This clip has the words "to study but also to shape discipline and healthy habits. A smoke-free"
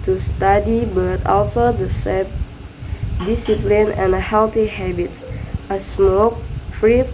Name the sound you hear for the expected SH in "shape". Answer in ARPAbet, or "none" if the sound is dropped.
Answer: S